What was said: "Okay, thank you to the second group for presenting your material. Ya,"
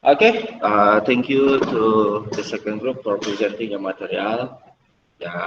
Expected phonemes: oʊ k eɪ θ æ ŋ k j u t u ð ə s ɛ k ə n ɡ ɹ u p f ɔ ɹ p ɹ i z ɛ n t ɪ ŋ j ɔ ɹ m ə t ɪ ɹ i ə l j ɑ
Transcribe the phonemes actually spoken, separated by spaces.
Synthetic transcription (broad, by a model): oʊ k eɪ t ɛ ŋ k j u t u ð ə s ɛ k ə n ɡ ɹ u p f ɔ ɹ p ɹ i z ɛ n t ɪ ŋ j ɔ m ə t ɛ ɹ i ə l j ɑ